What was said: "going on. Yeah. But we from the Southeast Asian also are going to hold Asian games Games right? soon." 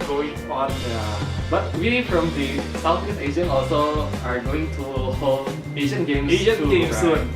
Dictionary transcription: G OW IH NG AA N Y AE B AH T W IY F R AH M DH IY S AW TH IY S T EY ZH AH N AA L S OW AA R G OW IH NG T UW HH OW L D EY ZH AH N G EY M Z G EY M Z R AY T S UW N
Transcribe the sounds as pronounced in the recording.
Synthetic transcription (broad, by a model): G OW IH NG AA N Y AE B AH T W IY F R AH M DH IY S AW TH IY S EY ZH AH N AA L S OW AA R G OW IH NG T UW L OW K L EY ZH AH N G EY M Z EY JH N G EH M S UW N